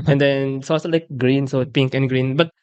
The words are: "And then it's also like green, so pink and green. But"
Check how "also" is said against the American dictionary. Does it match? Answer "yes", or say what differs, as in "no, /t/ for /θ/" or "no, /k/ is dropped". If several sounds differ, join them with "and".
no, /l/ is dropped